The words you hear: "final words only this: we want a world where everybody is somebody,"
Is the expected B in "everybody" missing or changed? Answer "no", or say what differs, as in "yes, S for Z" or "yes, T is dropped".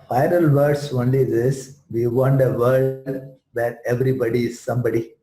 no